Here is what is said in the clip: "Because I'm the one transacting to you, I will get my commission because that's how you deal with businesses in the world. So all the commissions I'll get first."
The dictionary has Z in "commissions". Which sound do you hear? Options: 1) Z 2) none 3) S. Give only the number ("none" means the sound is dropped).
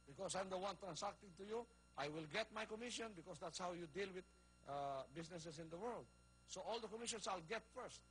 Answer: 3